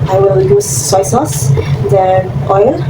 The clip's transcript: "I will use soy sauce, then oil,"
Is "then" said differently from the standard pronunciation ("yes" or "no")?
yes